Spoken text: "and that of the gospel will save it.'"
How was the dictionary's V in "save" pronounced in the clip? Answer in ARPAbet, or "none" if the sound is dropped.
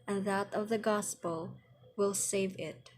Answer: V